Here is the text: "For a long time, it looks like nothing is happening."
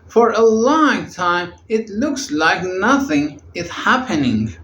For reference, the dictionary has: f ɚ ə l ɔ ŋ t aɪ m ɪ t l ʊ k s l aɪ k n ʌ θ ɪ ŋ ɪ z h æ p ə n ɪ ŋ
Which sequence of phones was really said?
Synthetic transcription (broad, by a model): f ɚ ə l ɔ ŋ t aɪ m ɪ t l ʊ k s l aɪ k n ʌ θ ɪ ŋ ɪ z h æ p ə n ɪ ŋ